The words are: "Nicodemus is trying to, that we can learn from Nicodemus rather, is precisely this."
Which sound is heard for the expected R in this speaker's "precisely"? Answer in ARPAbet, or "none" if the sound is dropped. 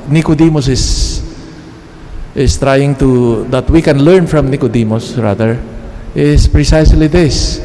R